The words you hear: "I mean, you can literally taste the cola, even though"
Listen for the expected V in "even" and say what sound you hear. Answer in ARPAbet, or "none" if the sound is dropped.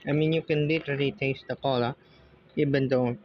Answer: B